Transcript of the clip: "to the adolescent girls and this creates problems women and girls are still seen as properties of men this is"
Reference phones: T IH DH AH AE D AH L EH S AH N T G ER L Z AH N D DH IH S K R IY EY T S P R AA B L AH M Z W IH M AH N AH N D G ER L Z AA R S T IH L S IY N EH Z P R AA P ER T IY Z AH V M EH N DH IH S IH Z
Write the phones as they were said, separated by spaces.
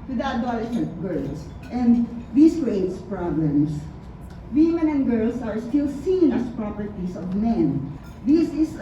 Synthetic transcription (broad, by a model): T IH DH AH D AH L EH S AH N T G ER L S AH N D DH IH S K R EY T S P R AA B L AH M S W IH M AH N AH N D G ER L S AA R S T IH L S IY N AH S P R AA P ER T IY S AH V M EH N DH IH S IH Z